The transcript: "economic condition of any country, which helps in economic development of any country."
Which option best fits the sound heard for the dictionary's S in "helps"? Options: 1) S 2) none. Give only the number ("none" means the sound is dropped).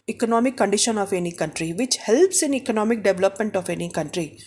1